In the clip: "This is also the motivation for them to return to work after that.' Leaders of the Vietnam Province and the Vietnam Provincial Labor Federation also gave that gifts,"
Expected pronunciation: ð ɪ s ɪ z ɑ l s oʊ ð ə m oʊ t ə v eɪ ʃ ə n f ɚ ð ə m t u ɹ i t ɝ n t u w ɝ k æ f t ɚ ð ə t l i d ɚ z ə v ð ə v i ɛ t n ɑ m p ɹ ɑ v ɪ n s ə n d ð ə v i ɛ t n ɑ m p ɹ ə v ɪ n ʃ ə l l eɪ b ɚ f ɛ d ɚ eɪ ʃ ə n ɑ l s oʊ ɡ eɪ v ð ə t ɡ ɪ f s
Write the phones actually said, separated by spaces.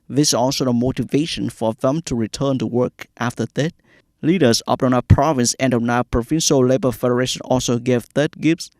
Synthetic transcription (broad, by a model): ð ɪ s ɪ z ɑ l s oʊ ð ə m oʊ t ə v eɪ ʃ ə n f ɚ ð ə m t u ɹ i t ɝ n t u w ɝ k æ f t ɚ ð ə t l i d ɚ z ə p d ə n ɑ p ɹ ɑ v ɪ n s ə n d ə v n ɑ p ɹ ə v ɪ n ʃ ə l l eɪ b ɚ f ɛ d ɚ eɪ ʃ ə n ɑ l s oʊ ɡ eɪ v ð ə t ɡ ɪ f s